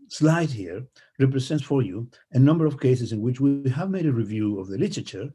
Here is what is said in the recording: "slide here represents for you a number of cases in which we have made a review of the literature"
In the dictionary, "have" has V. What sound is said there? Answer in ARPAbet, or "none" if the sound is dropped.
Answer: V